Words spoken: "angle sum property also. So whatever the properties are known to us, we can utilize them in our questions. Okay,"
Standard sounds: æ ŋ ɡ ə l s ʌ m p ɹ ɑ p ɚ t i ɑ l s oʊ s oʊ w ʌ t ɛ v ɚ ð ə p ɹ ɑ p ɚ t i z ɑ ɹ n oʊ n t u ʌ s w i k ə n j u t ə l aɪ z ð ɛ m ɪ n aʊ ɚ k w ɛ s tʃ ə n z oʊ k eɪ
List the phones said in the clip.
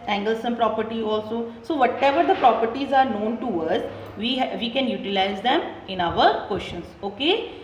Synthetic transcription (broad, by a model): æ ŋ ɡ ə l s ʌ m p ɹ ɑ p ɚ t i ɑ l s oʊ s oʊ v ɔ t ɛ v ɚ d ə p ɹ ɑ p ɚ t i z ɑ ɹ n oʊ n t u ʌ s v i k ə n j u t ə l aɪ z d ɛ m ɪ n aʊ ɚ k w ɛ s ʃ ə n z oʊ k eɪ